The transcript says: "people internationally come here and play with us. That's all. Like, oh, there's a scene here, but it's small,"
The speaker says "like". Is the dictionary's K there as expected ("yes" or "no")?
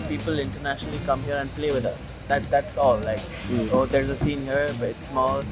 yes